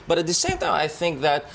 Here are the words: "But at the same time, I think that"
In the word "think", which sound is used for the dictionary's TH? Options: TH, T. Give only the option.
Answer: TH